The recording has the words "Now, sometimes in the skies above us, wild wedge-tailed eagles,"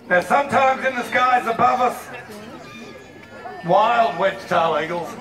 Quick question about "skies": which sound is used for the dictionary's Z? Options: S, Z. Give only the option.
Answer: Z